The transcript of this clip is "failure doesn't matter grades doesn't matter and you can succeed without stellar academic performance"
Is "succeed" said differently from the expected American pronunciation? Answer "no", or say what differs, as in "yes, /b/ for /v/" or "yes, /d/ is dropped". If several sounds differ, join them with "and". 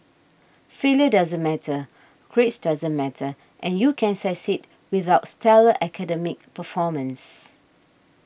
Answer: yes, /k/ is dropped